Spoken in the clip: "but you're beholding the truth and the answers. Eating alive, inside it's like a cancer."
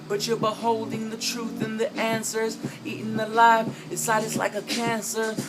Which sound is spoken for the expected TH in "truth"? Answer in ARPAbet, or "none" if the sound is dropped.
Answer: TH